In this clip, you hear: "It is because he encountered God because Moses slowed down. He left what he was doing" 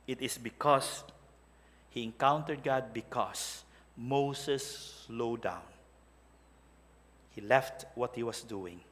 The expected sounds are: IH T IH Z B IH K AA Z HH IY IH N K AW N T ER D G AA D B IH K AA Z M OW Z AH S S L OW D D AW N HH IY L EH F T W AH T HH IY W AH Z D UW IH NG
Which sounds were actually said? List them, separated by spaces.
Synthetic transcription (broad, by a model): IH T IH S B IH K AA S HH IY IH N K AW N T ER D G AA D B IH K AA S M OW S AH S S L OW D D AW N HH IY L EH F T W AH T HH IY W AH S D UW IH NG